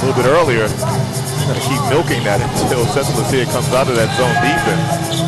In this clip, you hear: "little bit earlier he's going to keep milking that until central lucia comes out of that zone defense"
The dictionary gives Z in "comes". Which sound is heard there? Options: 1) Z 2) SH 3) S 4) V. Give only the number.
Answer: 1